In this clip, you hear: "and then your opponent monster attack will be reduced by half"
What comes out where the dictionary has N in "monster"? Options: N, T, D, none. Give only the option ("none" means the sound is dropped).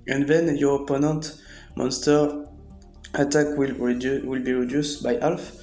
N